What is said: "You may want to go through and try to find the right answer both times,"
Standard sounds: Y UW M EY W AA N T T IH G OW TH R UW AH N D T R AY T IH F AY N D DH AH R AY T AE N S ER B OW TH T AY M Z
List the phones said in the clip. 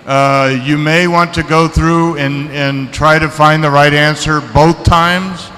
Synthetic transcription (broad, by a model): Y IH M EY W AA N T T IH G OW TH R UW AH N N T R AY T IH F AY N DH AH R AY T AE N S ER B OW TH T AY M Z